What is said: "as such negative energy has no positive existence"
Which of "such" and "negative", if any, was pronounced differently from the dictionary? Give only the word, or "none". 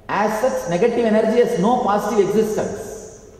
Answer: such